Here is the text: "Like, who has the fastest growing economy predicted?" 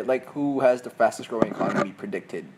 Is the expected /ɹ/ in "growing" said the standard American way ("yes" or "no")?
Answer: yes